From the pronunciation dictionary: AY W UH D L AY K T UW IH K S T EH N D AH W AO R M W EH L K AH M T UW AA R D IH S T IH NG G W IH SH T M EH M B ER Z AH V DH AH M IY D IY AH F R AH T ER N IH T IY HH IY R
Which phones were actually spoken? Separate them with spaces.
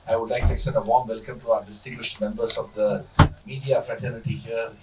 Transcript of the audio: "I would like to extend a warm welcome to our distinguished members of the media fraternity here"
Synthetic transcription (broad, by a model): AY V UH D L AY K T UW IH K S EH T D AH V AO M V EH L K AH M T UW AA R D IH S T IH NG G W IH SH T M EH M B ER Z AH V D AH M IY D IY AH F R AH T ER N IH T IY HH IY R